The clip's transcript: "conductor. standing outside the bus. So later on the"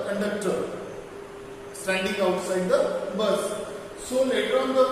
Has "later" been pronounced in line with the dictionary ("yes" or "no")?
no